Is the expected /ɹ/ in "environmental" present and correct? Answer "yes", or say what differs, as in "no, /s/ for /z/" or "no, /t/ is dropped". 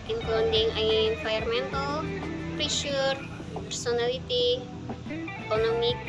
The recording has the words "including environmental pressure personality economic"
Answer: no, /ɹ/ is dropped